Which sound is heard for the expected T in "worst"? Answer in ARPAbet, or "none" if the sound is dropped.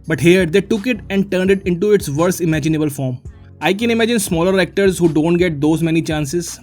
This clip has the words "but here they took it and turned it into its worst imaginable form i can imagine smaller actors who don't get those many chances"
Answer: none